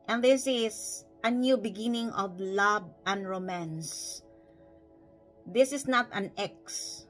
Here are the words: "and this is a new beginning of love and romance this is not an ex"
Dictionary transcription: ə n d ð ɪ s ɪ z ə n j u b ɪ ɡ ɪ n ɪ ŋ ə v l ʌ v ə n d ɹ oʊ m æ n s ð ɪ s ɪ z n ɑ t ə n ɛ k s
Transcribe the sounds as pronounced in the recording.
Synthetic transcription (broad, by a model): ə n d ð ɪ s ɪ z ə n j u b ɪ ɡ ɪ n ɪ ŋ ə v l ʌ b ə n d ɹ oʊ m æ n s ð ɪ s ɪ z n ɑ t ə n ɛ k s